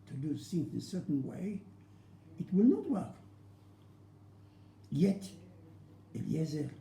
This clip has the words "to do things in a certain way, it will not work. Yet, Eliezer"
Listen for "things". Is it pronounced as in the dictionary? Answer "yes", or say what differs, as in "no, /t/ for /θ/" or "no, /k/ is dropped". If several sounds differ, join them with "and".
no, /s/ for /θ/